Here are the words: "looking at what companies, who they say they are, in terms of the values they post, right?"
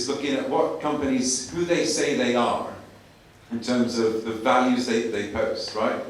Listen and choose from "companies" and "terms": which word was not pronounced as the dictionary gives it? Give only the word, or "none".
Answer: none